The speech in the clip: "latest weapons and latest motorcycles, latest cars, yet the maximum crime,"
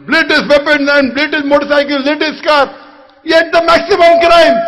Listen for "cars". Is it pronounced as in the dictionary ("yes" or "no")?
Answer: no